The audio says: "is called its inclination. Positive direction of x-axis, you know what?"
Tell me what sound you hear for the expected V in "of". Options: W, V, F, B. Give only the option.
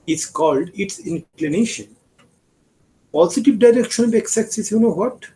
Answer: B